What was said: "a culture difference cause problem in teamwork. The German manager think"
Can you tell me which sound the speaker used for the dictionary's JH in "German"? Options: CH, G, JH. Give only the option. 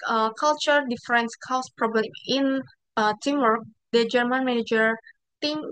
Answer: JH